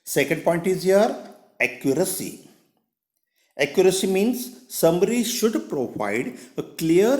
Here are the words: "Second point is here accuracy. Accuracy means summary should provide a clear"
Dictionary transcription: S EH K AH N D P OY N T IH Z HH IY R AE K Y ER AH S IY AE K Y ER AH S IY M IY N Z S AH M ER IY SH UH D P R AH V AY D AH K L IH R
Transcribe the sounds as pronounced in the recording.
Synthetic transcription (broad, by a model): S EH K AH N D P OY N T IH Z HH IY R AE K Y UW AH S IY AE K Y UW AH S IY M IY N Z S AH M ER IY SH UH D P R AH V AY D AH K L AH R